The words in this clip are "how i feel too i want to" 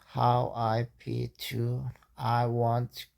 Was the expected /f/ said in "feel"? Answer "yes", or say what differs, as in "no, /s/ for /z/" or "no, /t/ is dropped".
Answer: no, /p/ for /f/